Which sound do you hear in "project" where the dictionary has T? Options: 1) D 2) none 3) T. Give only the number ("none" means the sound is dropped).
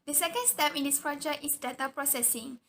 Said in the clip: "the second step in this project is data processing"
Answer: 2